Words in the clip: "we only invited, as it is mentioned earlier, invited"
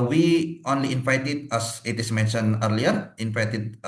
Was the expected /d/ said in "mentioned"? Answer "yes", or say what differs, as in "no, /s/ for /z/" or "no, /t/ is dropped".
no, /d/ is dropped